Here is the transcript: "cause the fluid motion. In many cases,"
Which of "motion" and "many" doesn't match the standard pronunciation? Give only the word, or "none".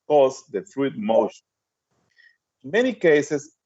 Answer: motion